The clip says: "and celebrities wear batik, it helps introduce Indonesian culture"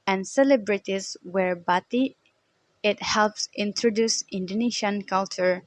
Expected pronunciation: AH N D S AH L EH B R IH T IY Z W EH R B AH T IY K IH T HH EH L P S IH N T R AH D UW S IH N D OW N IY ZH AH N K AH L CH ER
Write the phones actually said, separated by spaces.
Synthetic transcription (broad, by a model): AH N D S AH L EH B R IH T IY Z W EH R B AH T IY IH T HH EH L P S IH N T R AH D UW S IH N D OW N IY SH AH N K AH L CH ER